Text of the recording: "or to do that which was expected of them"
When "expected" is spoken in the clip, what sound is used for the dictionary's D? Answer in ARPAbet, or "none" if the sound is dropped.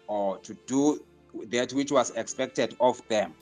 D